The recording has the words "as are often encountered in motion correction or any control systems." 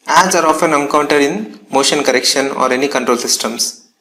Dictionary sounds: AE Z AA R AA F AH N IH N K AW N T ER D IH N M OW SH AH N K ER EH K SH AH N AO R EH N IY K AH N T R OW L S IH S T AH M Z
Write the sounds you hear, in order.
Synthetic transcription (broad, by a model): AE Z AA R AA F AH N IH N K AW N T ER D IH N M OW SH AH N K ER EH K SH AH N AO R EH N IY K AH N T R OW L S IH S T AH M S